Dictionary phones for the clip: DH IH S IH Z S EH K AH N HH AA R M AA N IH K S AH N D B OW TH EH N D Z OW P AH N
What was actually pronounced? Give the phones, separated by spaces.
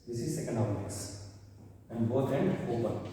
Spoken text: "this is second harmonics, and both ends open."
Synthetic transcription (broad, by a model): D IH S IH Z S EH K AH N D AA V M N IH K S AH N D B OW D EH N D OW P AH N